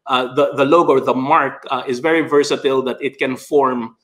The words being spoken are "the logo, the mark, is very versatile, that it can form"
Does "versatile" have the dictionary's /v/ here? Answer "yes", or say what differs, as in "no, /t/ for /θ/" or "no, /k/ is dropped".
yes